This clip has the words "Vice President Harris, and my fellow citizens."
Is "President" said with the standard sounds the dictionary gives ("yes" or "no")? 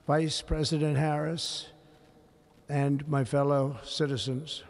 yes